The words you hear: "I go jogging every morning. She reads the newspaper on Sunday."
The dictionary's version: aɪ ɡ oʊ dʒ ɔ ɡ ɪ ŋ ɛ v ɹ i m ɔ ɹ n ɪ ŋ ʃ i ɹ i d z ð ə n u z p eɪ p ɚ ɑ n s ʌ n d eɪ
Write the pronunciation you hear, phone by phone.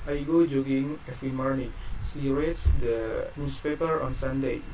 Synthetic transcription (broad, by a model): aɪ ɡ oʊ dʒ ɔ ɡ ɪ ŋ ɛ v ɹ i m ɔ ɹ n ɪ ŋ s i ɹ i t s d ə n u s p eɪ p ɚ ɑ n s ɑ n d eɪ